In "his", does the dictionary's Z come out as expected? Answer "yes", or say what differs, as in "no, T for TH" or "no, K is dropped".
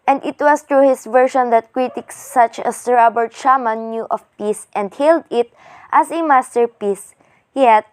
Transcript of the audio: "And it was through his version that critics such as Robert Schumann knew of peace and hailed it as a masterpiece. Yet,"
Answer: no, S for Z